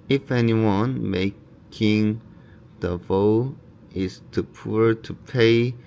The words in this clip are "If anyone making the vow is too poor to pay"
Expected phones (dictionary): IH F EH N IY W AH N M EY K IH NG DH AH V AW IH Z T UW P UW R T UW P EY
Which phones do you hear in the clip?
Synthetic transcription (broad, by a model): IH F EH N IY W AH N M EY K IH NG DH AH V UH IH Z T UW P UW R T UW P EY